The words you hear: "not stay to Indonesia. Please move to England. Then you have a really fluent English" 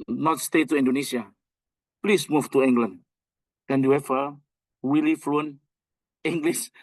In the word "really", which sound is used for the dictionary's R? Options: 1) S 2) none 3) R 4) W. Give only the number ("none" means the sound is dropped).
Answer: 4